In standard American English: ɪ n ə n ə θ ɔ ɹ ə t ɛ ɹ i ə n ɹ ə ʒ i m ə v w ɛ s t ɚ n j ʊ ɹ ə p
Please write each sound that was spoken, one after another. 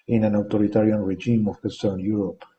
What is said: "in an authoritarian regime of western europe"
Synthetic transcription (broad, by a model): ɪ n ə n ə t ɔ ɹ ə t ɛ ɹ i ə n ɹ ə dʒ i m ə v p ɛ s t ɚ n j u ɹ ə p